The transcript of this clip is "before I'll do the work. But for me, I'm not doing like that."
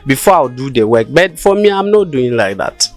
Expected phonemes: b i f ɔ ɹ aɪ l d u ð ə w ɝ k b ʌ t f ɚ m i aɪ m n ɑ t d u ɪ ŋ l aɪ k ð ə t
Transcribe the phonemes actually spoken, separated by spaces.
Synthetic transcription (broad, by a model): b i f ɔ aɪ w d u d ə w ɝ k b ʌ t f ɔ m i aɪ m n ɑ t d u ɪ ŋ l aɪ k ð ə t